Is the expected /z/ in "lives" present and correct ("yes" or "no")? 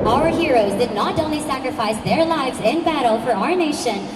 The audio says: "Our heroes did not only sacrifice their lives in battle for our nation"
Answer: yes